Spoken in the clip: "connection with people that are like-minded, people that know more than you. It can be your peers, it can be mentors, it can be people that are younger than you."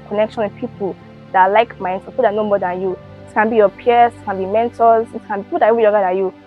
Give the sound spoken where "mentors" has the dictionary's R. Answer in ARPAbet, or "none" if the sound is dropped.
L